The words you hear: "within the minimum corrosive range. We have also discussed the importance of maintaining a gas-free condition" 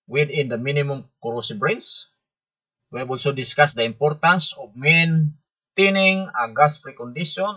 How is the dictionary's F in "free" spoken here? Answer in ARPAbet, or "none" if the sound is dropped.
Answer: P